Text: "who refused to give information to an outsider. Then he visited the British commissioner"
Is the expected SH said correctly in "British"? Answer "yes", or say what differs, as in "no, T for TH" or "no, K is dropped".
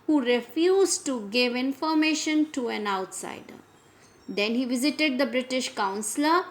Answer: yes